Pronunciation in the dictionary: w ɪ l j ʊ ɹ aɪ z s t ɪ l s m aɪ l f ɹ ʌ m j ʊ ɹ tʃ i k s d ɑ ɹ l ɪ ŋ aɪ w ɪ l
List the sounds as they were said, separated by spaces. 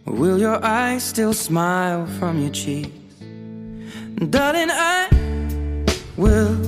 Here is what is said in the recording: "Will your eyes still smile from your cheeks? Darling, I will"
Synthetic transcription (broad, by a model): w ɪ l j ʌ ɹ aɪ z s t ɪ l s m aɪ l f ɹ ʌ m j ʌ ɹ tʃ i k d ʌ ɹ ɪ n aɪ w ɪ l